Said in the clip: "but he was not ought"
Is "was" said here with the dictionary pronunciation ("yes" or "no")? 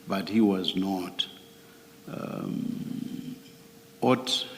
yes